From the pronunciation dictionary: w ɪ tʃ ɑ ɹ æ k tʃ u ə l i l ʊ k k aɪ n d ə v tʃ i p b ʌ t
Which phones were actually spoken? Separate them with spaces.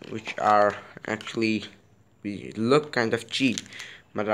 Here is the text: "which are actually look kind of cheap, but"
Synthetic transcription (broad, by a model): w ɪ tʃ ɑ ɹ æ k tʃ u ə w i l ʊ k k aɪ n d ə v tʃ i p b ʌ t